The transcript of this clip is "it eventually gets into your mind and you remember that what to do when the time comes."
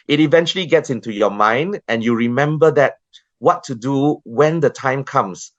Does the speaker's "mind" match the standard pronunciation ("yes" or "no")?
yes